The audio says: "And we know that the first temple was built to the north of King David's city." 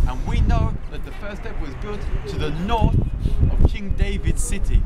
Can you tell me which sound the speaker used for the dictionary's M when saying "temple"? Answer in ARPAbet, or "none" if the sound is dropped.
none